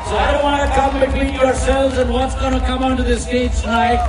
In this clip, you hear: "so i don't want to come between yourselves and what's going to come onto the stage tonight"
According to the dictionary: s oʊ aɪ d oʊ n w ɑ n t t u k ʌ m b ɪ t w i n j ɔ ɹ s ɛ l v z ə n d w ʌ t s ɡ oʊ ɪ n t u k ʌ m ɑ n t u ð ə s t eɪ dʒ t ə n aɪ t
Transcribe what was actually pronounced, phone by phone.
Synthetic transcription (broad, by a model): s oʊ aɪ d oʊ n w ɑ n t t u k ʌ m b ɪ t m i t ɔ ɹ s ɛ l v z ə n d w ʌ t s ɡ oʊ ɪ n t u k ʌ m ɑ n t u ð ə s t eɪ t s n aɪ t